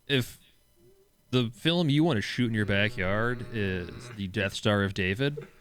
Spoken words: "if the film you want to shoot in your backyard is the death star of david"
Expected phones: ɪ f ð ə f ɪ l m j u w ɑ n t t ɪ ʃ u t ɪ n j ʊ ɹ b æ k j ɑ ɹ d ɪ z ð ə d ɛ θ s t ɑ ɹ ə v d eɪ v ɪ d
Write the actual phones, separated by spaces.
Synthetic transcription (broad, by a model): ɪ f ð ə f ɪ l m j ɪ w ɑ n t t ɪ ʃ u t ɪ n j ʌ ɹ b æ k j ɑ ɹ d ɪ z ð ə d ɛ θ s t ɑ ɹ ə v d eɪ v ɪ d